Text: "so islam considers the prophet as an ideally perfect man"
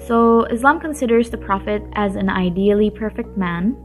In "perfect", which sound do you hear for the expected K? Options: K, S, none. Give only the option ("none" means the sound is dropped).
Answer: K